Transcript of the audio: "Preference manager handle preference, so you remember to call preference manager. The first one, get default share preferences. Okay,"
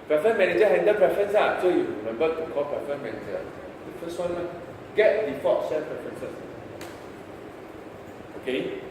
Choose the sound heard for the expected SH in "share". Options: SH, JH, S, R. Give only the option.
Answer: S